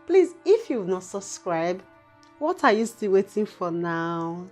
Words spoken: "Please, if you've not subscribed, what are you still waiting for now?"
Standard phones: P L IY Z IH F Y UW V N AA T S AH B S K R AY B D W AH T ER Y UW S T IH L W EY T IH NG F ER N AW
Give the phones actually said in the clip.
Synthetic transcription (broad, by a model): P L IY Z IH F Y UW W N AA T S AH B S K R AY B W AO T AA Y UW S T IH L W EY T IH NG F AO N AW